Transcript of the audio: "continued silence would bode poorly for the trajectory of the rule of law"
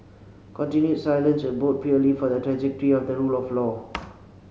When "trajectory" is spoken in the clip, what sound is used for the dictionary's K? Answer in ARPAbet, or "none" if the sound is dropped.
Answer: K